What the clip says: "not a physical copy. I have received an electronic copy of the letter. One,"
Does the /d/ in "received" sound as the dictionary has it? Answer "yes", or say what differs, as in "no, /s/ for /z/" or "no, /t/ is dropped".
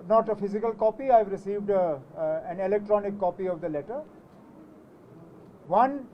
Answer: yes